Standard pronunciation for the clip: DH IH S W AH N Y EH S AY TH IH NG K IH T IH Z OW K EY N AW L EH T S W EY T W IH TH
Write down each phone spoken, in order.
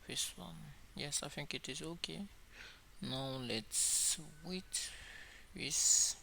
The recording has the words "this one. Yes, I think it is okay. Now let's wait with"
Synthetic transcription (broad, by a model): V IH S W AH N Y EH S AY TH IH NG K IH T IH Z OW K EY N AW L EH T S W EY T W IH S